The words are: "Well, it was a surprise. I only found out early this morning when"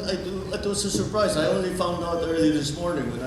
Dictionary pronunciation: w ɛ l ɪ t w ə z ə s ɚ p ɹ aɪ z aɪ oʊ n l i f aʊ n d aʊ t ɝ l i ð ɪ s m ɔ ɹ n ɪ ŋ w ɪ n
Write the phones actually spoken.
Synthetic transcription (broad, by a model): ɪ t ɪ t w ə z ə s ɚ p ɹ aɪ z aɪ oʊ n l i f aʊ n d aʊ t ɝ l i ð ɪ s m ɔ ɹ n ɪ ŋ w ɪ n